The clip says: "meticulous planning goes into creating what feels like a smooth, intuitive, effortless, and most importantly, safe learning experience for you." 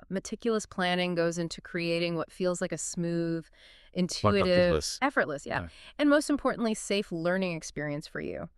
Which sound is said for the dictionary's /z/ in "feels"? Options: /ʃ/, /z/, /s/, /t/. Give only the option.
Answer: /z/